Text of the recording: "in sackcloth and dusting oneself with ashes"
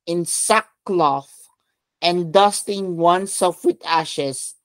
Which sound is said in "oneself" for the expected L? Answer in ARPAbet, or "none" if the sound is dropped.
none